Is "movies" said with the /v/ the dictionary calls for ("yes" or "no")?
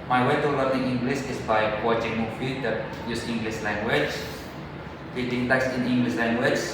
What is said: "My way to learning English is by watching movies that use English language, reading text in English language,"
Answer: no